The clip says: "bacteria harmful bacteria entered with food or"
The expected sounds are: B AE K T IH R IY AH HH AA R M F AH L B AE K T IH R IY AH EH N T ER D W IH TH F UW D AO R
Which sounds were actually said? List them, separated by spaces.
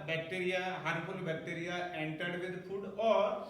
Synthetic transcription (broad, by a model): B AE K T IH R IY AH HH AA R F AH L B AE K T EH R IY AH EH N T ER D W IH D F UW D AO R